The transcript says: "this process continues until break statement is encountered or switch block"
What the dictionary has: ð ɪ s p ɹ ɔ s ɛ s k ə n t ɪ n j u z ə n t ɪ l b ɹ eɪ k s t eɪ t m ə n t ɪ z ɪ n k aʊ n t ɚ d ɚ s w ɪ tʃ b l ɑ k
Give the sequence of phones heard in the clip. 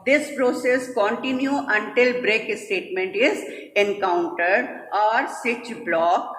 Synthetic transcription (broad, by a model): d ɪ s p ɹ ɔ s ɛ s k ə n t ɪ n j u ə n t ɪ l b ɹ eɪ k s t eɪ t m ə n t ɪ z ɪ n k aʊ n t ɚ d ɚ s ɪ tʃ b l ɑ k